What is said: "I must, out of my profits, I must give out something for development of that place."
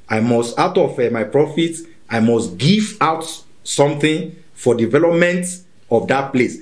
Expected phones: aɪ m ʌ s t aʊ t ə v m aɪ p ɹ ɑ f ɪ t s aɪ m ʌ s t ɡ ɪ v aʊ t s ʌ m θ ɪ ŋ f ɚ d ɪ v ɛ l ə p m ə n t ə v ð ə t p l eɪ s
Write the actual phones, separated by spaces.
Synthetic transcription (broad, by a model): aɪ m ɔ s t aʊ t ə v m aɪ p ɹ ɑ f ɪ t aɪ m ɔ s t ɡ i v aʊ t s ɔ m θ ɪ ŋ f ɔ d ɪ v ɛ l ə p m ə n t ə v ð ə t p l eɪ s